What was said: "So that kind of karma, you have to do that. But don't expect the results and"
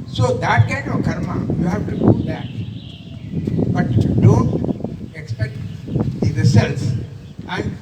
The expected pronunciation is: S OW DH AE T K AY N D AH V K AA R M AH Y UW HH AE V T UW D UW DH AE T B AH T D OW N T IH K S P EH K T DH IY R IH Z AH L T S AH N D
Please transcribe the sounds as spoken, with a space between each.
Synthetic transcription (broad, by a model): S OW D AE T K AY N D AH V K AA R M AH Y UW HH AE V T UW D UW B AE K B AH T D OW N T IH K S P EH K T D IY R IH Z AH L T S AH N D